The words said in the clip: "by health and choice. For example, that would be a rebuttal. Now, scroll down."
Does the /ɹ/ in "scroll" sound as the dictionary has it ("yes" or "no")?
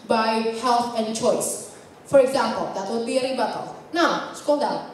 no